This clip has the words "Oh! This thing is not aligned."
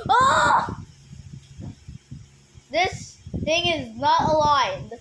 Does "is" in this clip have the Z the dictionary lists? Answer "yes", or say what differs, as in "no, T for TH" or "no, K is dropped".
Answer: yes